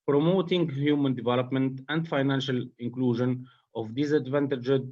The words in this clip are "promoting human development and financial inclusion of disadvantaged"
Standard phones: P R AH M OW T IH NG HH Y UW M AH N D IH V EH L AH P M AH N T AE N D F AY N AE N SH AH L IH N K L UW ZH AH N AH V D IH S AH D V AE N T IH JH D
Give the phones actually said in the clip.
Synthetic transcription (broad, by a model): P R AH M OW T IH NG HH Y UW M AH N D IH V EH L AH P M AH N T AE N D F AY N AE N SH AH L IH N K L UW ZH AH N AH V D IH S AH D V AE N T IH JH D